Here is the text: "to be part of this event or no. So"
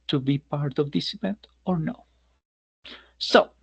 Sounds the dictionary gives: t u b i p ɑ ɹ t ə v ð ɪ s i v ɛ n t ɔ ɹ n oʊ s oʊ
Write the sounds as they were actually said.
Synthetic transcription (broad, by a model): t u b i p ɑ ɹ t ə v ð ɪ s i v ɛ n t ɔ ɹ n oʊ s oʊ